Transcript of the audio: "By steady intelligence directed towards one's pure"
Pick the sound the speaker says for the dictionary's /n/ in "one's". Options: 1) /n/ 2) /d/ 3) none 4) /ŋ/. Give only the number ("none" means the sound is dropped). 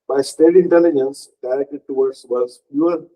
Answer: 3